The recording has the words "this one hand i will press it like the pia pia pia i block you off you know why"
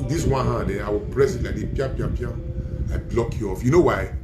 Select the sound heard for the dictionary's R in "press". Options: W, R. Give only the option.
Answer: R